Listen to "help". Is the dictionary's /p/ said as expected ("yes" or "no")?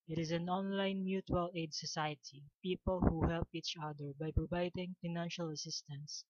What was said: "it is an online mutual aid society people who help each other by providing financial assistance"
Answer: yes